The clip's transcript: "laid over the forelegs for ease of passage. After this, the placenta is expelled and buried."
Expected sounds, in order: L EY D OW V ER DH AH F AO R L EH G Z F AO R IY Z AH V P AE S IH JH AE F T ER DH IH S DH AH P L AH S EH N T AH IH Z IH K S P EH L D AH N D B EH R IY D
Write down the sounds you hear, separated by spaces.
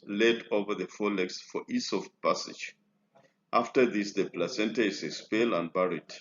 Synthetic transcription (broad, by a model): L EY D OW V ER DH AH F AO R L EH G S F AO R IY S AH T P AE S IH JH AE F T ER DH IH S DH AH P L AH S EH N T AH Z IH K S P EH L AH N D B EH R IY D